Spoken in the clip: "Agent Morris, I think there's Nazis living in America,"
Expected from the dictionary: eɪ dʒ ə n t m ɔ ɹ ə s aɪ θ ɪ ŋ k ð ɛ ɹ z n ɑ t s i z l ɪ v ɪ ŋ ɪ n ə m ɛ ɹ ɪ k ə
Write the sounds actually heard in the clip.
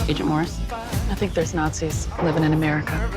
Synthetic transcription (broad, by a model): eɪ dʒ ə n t m ɔ ɹ ə s aɪ θ ɪ ŋ k ð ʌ ɹ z n ɑ t s i z l ɪ v ɪ ŋ ɪ n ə m ɛ ɹ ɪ k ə